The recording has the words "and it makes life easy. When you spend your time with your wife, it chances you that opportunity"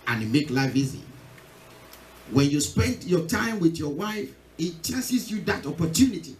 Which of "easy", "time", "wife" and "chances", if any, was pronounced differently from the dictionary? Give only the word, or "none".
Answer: chances